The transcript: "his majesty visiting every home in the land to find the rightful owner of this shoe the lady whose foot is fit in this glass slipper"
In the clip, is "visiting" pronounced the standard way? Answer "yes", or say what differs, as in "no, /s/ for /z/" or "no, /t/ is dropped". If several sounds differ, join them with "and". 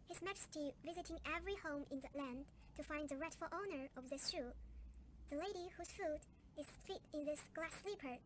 yes